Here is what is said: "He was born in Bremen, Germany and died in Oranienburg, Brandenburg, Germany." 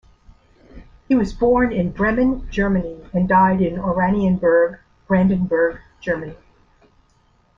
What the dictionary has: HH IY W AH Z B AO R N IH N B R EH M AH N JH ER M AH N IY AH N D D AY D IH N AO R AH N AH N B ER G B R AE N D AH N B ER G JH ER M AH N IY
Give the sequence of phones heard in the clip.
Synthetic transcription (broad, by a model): HH IY W AH Z B AO R N IH N B R EH M AH N JH ER M AH N IY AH N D D AY D IH N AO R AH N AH N B ER G B R AE N D AH N B ER G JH ER M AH N IY